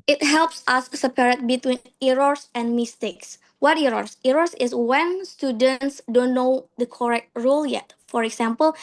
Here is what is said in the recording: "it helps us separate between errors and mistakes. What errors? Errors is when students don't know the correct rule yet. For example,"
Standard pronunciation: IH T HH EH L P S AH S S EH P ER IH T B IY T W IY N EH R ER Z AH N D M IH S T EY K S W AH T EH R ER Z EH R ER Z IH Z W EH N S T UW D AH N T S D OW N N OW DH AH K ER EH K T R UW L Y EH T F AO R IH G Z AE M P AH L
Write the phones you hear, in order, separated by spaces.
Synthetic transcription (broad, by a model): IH T HH EH L P S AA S S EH P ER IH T B IY T W IY N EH R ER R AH N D M IH S T EY K S W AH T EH R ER S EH R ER S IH S W EH N S T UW D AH N T S D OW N N OW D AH K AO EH K T R UW L Y EH T F AO R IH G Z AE M P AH L